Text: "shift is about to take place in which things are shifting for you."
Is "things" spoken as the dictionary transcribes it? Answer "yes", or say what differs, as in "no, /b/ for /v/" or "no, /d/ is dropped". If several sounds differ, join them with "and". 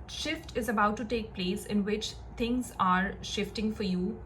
no, /t/ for /θ/